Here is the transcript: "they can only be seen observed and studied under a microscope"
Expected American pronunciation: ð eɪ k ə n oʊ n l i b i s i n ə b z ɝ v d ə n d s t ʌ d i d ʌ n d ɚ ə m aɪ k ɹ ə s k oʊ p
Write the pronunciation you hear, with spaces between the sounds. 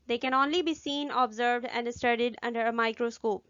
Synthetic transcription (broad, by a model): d eɪ k ə n oʊ n l i b i s i n ə b z ɝ v d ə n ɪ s t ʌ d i d ʌ n d ɚ ə m aɪ k ɹ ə s k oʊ p